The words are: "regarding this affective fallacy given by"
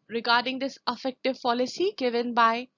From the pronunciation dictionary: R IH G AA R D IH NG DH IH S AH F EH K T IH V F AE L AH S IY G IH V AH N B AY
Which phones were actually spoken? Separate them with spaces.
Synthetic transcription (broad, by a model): R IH G AA R D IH NG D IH S AH F EH K T IH V P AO L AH S IY G IH V AH N B AY